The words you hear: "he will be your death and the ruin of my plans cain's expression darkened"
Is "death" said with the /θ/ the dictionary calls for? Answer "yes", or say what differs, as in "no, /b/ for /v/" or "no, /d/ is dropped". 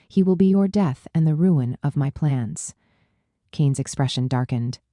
yes